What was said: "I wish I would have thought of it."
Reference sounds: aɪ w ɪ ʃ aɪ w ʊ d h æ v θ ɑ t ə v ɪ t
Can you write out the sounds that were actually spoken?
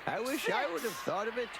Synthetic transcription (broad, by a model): aɪ w ɪ ʃ aɪ w ʊ d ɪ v θ ɑ t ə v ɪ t